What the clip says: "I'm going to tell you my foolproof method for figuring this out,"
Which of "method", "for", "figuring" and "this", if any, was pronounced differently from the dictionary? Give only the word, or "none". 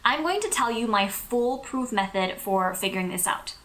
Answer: none